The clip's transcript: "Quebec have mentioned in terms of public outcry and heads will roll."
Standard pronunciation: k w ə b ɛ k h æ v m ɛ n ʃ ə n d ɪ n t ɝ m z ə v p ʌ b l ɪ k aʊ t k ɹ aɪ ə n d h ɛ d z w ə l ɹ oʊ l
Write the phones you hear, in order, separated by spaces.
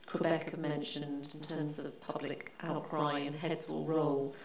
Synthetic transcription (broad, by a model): k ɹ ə b ɛ k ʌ m ɛ n ʃ ə n d ɪ n t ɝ m z ə v p ʌ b l ɪ k aʊ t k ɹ aɪ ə n h ɛ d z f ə l ɹ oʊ l